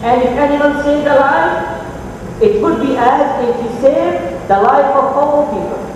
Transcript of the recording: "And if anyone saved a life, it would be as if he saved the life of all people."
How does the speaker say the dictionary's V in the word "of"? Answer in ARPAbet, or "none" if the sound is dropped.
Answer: P